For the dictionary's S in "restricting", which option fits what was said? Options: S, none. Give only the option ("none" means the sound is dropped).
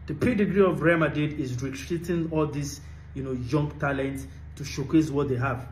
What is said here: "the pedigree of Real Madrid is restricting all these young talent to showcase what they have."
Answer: none